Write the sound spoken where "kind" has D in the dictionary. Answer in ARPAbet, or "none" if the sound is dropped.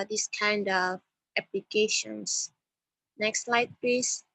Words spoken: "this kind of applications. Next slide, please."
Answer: D